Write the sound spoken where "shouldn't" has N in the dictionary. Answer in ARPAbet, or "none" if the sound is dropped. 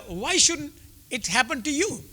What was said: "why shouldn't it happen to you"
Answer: none